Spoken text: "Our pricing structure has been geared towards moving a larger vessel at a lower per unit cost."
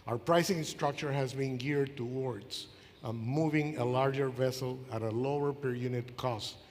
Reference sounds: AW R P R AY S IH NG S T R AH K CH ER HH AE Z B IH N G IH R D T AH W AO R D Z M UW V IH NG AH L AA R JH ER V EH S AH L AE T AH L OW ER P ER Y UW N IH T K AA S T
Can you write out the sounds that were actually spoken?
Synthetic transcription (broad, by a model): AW R P R AY S IH NG S T R AH K CH ER HH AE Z B IH N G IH R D T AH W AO R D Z M UW V IH NG AH L AA R JH ER V EH S AH L AE T AH L OW ER P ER Y UW N IH T K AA S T